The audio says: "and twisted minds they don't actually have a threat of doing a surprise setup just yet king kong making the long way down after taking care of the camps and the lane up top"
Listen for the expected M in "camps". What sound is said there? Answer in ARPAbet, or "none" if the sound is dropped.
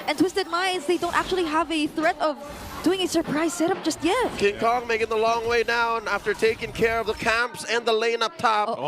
M